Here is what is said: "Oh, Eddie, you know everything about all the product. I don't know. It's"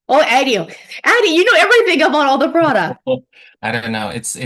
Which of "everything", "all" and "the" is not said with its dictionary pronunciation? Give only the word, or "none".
none